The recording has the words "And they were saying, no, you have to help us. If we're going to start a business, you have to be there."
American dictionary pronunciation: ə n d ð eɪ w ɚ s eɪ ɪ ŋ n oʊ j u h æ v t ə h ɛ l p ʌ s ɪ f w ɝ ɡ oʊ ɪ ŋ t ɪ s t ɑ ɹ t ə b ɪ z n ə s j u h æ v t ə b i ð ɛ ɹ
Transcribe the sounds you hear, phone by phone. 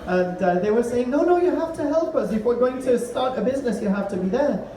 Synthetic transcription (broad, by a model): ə n ð eɪ w ɚ s eɪ ɪ ŋ n oʊ j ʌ h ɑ f t ə h ɛ l p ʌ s ɪ f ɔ ɡ oʊ ɪ ŋ t ɪ s t ɑ ɹ t ə b ɪ z n ə s j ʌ h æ f t ə b i ð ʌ ɹ